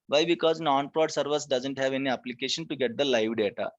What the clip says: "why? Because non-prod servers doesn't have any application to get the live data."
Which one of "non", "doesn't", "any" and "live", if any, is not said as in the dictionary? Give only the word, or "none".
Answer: none